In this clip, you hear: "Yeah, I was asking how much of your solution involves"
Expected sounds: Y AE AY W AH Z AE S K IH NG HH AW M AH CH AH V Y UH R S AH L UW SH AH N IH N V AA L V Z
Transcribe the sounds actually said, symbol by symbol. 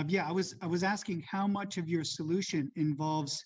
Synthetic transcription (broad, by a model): Y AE AY W AH Z AE S K IH NG HH AW M AH CH AH V Y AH R S AH L UW SH AH N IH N V AA L V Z